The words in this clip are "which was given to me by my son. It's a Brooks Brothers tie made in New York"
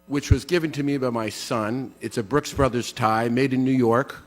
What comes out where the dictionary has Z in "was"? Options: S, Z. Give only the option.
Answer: Z